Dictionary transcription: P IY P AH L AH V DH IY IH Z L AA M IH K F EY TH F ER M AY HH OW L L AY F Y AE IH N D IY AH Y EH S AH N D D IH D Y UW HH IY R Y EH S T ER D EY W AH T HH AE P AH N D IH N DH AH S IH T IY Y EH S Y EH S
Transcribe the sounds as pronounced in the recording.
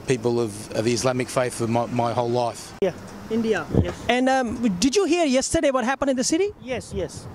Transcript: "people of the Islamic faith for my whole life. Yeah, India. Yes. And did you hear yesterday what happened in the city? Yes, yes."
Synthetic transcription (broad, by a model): P IY P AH L AH V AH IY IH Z L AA M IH K F EY TH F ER M AY HH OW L L AY F Y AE IH N D IY AH Y EH S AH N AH D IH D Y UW HH IY R Y EH S T ER D EY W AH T HH AE P AH N D IH N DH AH S IH T IY Y EH S Y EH S